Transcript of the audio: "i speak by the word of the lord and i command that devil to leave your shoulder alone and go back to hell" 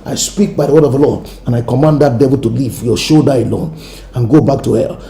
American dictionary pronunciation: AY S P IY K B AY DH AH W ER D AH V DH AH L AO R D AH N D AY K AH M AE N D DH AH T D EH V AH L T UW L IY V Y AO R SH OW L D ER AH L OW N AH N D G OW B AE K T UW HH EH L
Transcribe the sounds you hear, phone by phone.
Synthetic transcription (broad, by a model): AY S P IY K B AY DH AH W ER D AH V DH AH L AO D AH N AY K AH M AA N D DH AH T D EH V AH L T UW L IY V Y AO SH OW D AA AH L OW N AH N G OW B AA K T UW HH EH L